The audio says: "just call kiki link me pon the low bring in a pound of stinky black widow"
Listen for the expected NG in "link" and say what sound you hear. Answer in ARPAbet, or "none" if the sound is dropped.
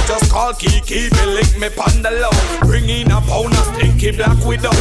none